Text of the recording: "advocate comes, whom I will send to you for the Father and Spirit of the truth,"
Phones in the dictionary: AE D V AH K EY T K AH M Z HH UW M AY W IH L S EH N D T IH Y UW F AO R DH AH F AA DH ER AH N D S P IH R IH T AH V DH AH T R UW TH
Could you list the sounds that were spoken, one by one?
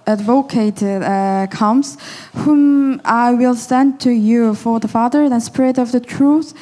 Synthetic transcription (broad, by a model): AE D V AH K EY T K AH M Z HH UW M AY W IH L S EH N T IH Y UW F AO R DH AH F AA DH ER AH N S P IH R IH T AH V DH AH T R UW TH